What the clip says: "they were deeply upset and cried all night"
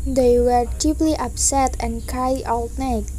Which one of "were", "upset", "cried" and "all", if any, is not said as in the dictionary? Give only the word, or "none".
cried